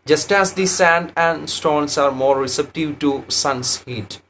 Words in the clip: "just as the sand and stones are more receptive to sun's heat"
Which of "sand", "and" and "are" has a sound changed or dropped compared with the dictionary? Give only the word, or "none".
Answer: none